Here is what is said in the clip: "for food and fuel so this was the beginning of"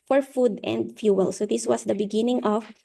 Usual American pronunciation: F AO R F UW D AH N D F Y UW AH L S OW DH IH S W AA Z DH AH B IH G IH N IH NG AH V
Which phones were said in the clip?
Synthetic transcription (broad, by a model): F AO R F UW D AH N D F Y UW AH L S OW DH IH S W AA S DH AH B IH G IH N IH NG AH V